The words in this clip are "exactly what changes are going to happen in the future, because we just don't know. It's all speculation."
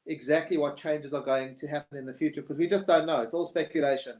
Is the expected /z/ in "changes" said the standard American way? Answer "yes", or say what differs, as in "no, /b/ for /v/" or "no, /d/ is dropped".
yes